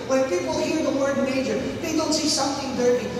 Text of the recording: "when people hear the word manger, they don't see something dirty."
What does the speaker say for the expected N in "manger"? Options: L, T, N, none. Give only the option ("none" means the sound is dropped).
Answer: none